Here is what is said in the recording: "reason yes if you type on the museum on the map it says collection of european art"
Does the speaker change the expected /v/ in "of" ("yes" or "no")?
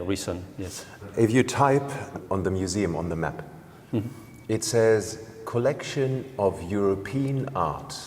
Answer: no